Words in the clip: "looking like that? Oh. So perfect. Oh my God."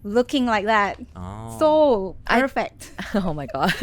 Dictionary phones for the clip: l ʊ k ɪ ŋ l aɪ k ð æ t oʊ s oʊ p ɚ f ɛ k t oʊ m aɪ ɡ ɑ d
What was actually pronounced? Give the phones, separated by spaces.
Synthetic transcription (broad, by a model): l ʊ k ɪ ŋ l aɪ k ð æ t oʊ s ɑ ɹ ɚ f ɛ t oʊ m aɪ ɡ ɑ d